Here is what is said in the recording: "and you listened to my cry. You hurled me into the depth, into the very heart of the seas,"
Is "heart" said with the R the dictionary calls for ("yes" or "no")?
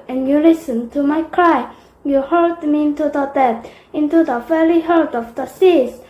no